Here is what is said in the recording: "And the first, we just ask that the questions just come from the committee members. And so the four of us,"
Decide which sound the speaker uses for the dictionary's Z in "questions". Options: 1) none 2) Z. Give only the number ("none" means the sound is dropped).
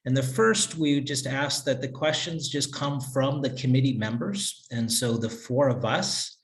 2